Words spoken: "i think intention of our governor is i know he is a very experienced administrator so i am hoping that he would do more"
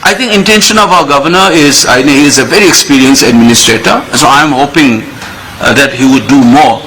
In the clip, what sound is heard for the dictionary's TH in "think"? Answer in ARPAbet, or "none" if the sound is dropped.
T